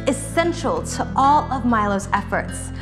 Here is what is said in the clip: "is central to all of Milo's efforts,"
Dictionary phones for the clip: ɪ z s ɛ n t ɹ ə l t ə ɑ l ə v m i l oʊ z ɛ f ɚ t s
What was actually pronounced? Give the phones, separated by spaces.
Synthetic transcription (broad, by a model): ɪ s ɛ n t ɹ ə l t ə ɑ l ə v m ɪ l oʊ z ɛ f ɚ t s